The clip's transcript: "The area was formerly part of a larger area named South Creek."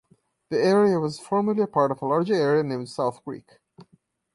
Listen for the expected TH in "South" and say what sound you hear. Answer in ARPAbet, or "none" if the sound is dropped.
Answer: TH